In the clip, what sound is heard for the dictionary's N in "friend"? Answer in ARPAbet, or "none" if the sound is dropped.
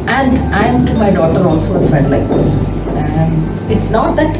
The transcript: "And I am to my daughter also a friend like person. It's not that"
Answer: none